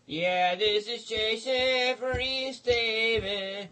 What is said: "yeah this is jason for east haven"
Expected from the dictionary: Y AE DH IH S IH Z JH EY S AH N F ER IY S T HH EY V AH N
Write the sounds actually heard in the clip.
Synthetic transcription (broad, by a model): Y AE DH IH S IH Z CH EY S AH F ER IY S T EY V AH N